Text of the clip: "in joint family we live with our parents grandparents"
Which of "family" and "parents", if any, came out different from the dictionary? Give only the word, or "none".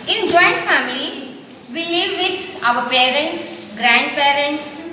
none